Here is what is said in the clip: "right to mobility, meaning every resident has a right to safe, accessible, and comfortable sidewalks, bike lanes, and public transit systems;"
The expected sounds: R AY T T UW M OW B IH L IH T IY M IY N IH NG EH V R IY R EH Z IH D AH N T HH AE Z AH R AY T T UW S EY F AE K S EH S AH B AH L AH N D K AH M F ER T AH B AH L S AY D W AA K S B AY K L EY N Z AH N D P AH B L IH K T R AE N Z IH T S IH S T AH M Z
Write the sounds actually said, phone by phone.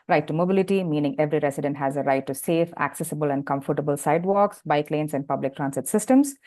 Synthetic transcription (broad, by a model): R AY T T UW M OW B IH L IH T IY M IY N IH NG EH V R IY R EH S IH D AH N T HH AE Z AH R AY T T UW S EY F AE K S EH S AH B AH L AH N D K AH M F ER T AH B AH L S AY D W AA K S B AY K L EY N S AH N D P AH B L IH K T R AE N S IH T S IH S T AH M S